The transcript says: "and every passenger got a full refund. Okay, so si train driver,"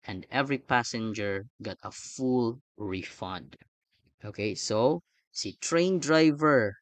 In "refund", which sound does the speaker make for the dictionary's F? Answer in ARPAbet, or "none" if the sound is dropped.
F